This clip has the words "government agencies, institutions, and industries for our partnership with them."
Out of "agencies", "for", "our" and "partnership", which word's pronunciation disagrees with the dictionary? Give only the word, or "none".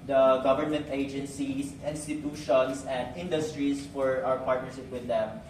agencies